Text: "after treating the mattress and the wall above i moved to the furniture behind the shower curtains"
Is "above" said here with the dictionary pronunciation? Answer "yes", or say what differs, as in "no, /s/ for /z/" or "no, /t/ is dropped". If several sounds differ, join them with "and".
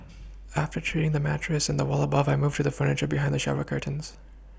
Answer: yes